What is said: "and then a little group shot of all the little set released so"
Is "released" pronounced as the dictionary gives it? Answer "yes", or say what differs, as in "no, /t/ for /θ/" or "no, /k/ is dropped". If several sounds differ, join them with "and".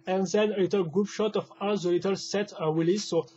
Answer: no, /w/ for /ɹ/